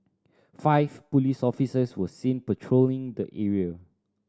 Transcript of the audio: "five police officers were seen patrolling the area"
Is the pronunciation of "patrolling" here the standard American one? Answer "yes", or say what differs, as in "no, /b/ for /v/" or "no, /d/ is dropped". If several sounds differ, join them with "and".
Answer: yes